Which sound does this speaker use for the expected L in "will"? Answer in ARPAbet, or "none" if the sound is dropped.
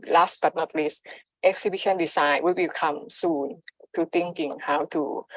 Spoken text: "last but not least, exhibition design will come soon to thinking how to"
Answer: W